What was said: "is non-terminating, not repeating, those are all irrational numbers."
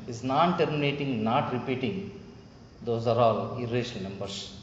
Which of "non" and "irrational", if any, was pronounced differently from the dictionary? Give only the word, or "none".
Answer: irrational